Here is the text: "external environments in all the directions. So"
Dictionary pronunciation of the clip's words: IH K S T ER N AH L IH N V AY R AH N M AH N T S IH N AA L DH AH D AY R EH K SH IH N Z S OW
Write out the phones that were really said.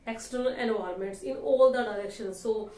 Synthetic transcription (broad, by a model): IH K S T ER N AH L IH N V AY AH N M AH N T S IH N AA L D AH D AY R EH K SH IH N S S OW